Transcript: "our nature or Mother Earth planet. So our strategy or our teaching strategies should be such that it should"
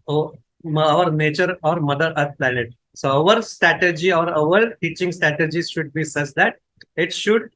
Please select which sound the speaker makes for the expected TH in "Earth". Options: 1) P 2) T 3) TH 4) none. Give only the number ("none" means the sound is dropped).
2